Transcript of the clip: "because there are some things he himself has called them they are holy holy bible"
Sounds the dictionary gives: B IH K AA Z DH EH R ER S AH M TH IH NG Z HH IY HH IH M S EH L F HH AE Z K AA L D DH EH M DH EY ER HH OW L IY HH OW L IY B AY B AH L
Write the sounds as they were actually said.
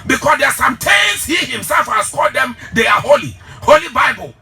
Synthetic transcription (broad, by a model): B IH K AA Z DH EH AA S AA M T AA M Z HH IY HH IH M S EH L F HH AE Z K AA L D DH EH M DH EY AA HH OW L IY HH OW L IY B AY B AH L